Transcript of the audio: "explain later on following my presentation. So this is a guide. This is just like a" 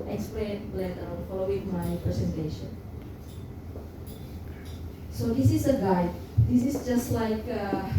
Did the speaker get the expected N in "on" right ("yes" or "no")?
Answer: no